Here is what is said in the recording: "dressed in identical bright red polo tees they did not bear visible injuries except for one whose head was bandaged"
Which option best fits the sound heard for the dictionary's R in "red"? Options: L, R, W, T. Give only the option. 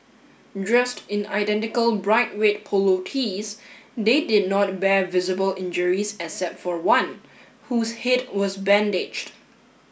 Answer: W